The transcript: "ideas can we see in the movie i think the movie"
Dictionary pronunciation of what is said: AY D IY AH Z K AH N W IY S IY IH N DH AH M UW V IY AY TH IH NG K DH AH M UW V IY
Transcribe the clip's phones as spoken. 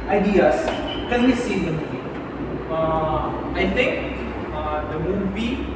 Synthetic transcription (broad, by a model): AY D IY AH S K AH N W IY S IY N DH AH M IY IY AY T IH NG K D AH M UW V IY